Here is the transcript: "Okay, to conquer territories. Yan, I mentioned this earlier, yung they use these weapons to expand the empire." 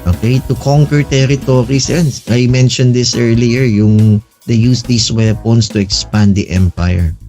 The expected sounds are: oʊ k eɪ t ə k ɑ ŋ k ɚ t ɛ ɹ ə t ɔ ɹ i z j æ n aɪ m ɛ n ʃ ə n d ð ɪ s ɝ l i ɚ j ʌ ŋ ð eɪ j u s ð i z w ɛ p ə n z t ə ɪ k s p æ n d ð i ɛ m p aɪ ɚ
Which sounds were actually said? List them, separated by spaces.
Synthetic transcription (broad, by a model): oʊ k eɪ t ə k ɑ ŋ k ɚ t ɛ ɹ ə t ɔ ɹ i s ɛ n aɪ m ɛ n ʃ ə n d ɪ s ɝ l i ɚ j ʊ ŋ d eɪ j u s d i s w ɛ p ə n s t ə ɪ k s p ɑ n d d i ɛ m p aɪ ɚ